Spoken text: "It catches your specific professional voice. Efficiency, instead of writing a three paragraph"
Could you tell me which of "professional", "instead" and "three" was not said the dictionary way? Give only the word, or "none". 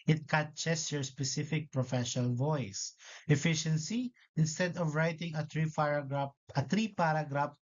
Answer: three